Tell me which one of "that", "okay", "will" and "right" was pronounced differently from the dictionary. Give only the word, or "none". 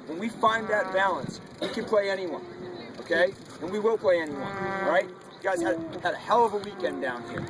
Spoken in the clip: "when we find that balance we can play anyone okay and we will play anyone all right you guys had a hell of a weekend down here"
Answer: will